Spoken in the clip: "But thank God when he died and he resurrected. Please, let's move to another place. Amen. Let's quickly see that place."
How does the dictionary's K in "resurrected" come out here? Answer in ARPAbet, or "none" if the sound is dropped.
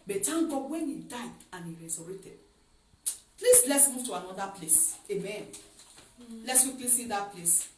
none